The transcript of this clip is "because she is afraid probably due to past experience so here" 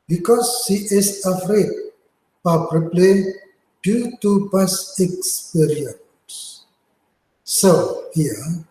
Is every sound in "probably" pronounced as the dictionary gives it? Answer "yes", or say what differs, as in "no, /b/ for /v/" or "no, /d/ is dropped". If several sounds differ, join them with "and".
no, /ɹ/ is dropped